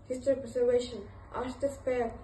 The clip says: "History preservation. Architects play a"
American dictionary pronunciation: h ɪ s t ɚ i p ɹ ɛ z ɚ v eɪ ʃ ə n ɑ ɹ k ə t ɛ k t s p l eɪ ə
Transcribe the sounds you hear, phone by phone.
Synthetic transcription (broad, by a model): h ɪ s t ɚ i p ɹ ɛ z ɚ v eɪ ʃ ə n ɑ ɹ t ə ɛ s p eɪ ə